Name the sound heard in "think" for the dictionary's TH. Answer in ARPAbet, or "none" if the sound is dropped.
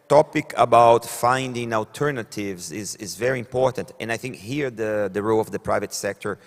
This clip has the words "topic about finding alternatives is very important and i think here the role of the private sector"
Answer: TH